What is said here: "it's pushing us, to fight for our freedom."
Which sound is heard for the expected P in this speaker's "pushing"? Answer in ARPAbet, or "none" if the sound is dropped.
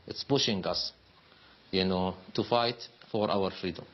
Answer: B